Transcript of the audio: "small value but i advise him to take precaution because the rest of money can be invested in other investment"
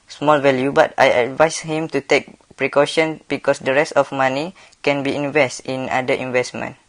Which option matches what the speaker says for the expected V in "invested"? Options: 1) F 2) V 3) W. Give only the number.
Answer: 2